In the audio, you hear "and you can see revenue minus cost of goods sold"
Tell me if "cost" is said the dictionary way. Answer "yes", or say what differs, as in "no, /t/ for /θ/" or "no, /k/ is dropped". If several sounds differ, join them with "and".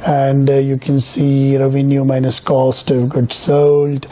yes